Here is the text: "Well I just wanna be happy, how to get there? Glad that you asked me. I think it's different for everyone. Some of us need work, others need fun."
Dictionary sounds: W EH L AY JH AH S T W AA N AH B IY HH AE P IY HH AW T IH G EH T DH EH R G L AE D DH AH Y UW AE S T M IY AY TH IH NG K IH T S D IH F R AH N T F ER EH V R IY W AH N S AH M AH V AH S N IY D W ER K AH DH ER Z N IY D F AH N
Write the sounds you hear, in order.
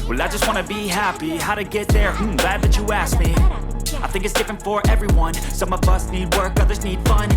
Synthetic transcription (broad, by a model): W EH L AY JH AH S T W AA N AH B IY HH AE P IY HH AW T IH G EH T DH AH R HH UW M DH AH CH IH AE S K M IY AY TH IH NG K IH T S D IH F R AH N T F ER EH V R IY W AH N S AH M AH V AH S N IY D W ER K AH DH ER Z N IY D F AH N